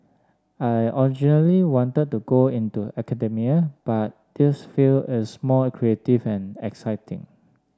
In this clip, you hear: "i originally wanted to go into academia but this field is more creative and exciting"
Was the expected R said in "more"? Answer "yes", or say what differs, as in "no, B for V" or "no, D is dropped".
no, L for R